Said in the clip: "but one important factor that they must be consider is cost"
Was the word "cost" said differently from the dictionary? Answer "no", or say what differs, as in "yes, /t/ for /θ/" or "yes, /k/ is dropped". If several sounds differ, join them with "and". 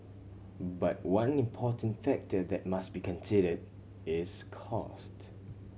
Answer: no